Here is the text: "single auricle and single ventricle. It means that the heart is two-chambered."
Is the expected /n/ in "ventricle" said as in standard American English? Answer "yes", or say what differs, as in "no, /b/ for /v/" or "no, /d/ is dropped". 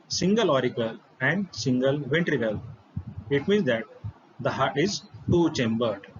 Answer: yes